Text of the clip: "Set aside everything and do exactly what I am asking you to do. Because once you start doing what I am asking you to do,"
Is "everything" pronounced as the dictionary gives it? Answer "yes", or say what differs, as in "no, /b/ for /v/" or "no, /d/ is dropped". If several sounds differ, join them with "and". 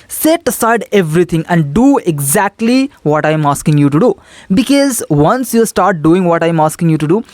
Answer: no, /t/ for /θ/